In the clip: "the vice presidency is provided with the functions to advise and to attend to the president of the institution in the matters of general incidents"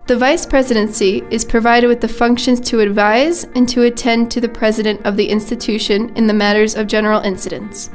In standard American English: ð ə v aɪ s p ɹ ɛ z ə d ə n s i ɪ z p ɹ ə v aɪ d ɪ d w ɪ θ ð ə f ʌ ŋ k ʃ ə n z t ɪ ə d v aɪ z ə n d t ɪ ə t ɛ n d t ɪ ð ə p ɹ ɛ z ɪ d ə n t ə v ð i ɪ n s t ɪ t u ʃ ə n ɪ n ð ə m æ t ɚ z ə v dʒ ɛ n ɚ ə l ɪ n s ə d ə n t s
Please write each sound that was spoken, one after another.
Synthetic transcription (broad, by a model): ð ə v aɪ s p ɹ ɛ z ə d ə n s i ɪ z p ɹ ə v aɪ d ɪ d w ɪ ð ə f ʌ ŋ k ʃ ə n z t ɪ ə d v aɪ z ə n t ɪ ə t ɛ n t ɪ ð ə p ɹ ɛ z ɪ d ə n t ə v ð i ɪ n s t ɪ t u ʃ ə n ɪ n ð ə m æ t ɚ z ə v dʒ ɛ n ɚ l ɪ n s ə d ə n t s